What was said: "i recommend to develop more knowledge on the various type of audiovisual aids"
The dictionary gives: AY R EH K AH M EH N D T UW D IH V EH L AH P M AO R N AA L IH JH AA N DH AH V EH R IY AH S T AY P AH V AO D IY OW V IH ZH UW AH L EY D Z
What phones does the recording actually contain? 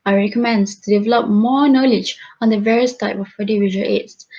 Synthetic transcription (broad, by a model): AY R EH K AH M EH N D T UW D IH V EH L AH P M AO N AA L IH JH AA N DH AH V EH R IY AH S T AY P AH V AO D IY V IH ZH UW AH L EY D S